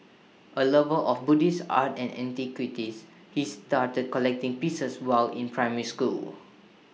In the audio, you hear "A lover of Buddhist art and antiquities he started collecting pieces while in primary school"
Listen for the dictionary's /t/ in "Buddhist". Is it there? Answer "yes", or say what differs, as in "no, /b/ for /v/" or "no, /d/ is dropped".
no, /t/ is dropped